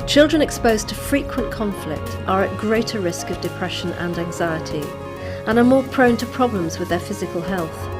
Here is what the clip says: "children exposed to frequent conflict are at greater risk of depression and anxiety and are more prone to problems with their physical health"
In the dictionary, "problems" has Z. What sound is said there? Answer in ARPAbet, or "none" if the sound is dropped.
Z